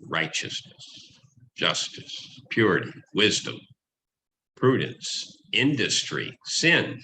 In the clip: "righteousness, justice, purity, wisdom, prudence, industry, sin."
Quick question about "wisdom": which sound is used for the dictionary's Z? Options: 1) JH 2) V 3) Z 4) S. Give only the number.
3